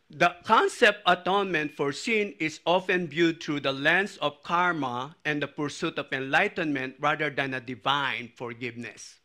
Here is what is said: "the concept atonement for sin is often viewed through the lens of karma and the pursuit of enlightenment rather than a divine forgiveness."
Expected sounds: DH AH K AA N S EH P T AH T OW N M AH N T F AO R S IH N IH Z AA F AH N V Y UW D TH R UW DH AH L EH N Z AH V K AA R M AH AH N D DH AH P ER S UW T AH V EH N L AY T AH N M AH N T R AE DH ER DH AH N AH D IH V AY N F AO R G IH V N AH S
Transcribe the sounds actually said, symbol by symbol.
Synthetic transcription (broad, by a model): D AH K AA N S EH P T AH T OW N M AH N T F AO R S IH N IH S AA F AH N B Y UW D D R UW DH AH L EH N S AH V K AA R M AH AH N D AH P ER S UW T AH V EH N L AY T AH N M AH N T R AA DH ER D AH N AH D IH V AY N F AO R G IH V N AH S